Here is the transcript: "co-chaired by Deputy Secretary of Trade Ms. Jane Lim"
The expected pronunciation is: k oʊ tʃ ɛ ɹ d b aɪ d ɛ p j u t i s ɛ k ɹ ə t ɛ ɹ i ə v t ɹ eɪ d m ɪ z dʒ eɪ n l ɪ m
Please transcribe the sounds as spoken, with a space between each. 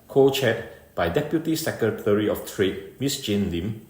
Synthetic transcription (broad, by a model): k oʊ tʃ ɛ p b aɪ d ɛ p j u t i s ɛ k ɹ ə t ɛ ɹ i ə f t ɹ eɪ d m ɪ s dʒ eɪ n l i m